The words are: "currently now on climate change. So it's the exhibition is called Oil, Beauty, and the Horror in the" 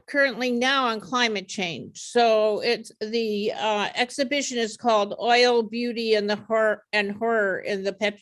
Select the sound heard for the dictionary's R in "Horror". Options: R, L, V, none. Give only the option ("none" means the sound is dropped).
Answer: R